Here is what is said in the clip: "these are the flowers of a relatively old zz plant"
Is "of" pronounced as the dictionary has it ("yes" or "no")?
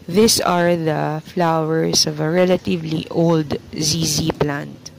yes